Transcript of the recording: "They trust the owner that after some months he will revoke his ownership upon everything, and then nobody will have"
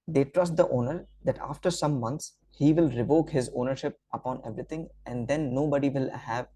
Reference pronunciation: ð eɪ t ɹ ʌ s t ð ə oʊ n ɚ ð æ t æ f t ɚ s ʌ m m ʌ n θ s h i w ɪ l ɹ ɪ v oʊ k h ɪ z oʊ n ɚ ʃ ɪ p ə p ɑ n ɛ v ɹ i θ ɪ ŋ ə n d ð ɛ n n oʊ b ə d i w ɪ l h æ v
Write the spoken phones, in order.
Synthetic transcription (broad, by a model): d eɪ t ɹ ʌ s t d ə oʊ n ɚ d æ t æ f t ɚ s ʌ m m ʌ n t s h i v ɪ l ɹ ɪ v oʊ k h ɪ z oʊ n ɚ ʃ ɪ p ə p ɑ n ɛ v ɹ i t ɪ ŋ ə n d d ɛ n n oʊ b ə d i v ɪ l h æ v